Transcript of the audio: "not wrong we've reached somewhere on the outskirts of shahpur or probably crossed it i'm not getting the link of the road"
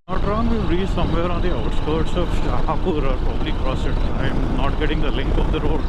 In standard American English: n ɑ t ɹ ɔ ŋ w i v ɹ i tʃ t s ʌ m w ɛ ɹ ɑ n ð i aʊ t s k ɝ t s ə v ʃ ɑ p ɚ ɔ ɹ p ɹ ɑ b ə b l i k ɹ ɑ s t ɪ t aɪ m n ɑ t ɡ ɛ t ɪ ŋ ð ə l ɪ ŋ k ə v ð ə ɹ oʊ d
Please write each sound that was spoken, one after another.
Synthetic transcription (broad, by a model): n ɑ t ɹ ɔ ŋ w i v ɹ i s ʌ m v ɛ ɹ ɑ n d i aʊ t s k ɝ t s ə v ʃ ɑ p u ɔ ɹ p ɹ ɑ b ə b l i k ɹ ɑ s ɪ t aɪ m n ɑ t ɡ ɛ t ɪ ŋ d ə l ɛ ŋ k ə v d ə ɹ oʊ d